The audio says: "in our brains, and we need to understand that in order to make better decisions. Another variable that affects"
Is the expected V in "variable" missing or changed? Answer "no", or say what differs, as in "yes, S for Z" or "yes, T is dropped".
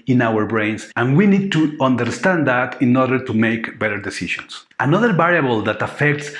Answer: yes, B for V